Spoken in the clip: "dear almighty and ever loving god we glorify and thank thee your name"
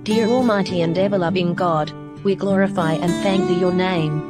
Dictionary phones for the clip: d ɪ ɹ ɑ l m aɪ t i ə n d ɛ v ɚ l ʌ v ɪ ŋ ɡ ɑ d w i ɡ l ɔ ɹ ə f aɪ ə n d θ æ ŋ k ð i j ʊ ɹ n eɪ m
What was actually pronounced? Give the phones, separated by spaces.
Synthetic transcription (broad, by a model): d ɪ ɹ ɑ l m aɪ t i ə n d ɛ v ɚ l ʌ v ɪ ŋ ɡ ɑ d w i ɡ l ɔ ɹ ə f aɪ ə n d θ æ ŋ k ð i j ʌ ɹ n eɪ m